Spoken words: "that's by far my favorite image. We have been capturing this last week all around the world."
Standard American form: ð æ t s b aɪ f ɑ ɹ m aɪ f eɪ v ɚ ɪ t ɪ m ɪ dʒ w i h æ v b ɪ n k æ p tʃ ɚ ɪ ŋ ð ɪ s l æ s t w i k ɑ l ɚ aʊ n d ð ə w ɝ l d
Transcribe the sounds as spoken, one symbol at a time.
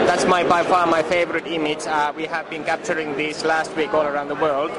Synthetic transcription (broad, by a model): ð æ t s b aɪ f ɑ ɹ m aɪ f eɪ v ɚ ɪ t ɪ m ɪ dʒ w i h æ v b ɪ n k æ p tʃ ɚ ɪ ŋ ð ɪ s l æ s t w i k ɑ l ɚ aʊ n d ð ə w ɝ l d